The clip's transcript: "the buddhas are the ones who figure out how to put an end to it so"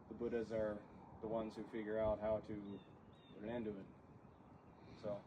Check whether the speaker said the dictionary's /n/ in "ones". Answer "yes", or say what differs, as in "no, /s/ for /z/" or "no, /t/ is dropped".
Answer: yes